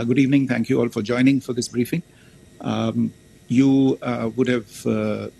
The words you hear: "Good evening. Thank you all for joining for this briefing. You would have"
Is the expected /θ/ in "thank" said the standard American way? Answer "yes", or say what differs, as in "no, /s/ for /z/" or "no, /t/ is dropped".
no, /t/ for /θ/